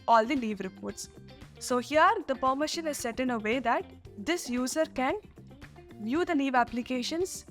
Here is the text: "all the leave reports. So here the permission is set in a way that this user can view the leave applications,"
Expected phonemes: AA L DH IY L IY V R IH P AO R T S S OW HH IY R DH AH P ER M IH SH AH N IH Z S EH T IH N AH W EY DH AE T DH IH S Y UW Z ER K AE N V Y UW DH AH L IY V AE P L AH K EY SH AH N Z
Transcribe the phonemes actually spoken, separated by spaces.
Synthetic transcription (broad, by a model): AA L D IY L IY V R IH P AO R T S S OW HH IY R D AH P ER M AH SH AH L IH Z S EH T IH N AH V EY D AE T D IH S Y UW Z ER K AE N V Y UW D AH N IY V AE P L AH K EY SH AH N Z